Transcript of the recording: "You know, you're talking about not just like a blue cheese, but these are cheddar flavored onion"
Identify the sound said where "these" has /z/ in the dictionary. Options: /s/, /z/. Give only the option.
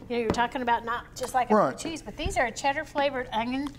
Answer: /z/